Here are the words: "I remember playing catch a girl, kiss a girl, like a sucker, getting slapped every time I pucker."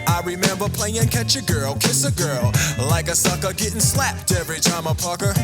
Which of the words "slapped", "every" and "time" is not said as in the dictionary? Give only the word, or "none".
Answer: none